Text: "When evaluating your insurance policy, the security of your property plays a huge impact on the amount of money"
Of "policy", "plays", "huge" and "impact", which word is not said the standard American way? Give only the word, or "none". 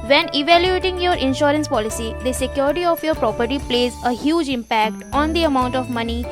none